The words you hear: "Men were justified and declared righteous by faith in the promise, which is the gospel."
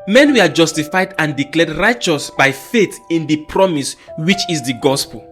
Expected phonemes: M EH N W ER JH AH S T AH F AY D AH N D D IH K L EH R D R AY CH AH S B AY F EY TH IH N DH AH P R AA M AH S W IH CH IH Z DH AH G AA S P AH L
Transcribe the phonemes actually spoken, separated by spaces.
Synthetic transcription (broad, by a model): M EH N W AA JH AH S T AH F AY D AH N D D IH K L EH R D R AY CH AH S B AY F EY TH IH N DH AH P R AA M AH S W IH CH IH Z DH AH G AA S P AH L